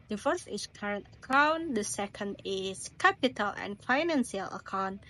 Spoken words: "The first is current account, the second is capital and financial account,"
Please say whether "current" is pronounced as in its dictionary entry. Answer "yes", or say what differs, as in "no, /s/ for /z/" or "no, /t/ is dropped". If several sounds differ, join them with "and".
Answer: yes